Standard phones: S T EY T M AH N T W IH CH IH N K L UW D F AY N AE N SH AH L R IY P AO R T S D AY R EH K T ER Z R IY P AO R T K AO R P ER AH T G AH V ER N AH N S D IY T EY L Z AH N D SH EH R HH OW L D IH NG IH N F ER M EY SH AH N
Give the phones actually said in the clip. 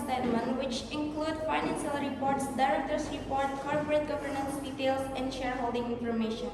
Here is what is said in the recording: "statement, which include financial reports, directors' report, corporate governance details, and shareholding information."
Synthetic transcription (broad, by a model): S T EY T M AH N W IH CH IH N K L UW D F AY N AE N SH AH L R IY P AO R T S D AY R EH K T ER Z R IY P AO R T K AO R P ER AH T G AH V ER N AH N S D IY T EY L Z AH N D SH EH R HH OW L D IH NG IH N F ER M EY SH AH N